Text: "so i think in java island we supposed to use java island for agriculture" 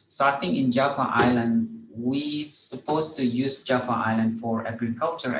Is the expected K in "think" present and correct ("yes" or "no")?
no